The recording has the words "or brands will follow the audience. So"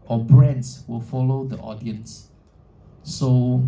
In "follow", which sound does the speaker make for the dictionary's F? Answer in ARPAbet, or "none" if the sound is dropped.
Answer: F